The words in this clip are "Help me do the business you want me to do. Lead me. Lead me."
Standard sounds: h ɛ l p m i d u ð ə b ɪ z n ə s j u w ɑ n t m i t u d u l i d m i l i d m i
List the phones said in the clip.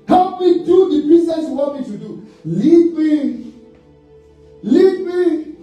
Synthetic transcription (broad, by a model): h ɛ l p m i d u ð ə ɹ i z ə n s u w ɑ t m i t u d u l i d m i l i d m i